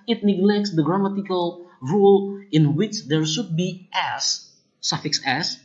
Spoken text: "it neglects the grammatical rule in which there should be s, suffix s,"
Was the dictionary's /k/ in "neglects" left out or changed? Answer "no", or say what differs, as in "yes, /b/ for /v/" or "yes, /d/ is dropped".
no